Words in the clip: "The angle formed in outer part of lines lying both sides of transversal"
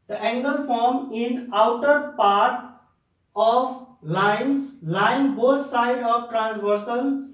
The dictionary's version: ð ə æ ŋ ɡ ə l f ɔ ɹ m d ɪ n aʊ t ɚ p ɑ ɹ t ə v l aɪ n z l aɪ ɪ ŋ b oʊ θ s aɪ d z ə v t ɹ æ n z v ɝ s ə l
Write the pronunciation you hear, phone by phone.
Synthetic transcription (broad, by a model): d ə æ ŋ ɡ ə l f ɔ ɹ m ɪ n aʊ t ɚ p ɑ ɹ t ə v l aɪ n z l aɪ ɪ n b oʊ t s aɪ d ə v t ɹ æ n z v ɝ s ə l